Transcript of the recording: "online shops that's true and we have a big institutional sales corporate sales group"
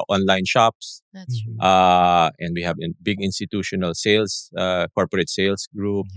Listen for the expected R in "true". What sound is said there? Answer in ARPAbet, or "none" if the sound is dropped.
none